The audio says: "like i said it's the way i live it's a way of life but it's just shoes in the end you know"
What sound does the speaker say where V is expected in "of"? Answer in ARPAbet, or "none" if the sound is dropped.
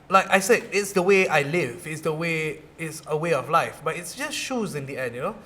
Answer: W